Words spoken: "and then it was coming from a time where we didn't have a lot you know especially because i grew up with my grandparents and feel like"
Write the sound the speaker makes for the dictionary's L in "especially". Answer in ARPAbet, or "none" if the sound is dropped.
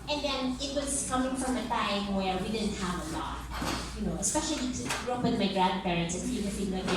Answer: none